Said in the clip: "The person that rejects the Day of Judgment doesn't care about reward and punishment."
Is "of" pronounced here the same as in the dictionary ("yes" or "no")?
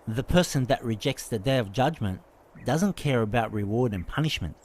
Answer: yes